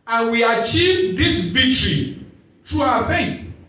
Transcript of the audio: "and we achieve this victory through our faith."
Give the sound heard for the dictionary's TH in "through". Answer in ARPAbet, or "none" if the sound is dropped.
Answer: T